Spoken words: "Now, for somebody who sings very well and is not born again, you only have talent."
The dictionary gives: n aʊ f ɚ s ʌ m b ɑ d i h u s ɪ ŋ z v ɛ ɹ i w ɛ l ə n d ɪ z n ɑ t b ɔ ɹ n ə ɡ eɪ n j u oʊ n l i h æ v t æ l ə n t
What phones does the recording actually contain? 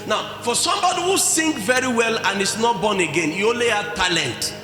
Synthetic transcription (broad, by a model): n aʊ f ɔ s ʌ m b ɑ d i h u s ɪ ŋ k v ɛ ɹ i w ɛ l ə n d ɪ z n ɑ t b ɔ n ə ɡ eɪ n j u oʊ l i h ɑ t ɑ l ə n t